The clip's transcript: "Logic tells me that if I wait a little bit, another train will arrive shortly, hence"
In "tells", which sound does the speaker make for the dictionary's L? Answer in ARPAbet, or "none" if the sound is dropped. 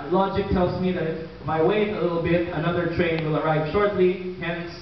L